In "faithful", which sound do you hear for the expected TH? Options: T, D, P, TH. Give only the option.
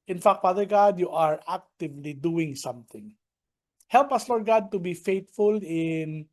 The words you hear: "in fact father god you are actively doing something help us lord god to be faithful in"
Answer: T